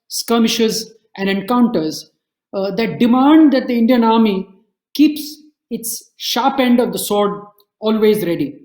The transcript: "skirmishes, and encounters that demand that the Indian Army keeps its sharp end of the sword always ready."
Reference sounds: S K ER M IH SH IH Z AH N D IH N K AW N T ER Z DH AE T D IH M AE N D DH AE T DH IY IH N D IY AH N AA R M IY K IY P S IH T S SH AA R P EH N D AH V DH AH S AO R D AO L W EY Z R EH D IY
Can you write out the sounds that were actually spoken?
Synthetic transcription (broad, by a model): S K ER M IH SH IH Z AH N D IH N K AW N T ER Z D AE T D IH M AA N D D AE T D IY IH N D IY AH N AA R M IY K IY P S IH T S SH AA R P EH N D AH V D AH S AO R D AO L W EY Z R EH D IY